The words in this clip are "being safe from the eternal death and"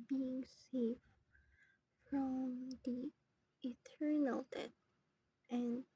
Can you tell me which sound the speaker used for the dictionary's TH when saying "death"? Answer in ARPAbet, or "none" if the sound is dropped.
T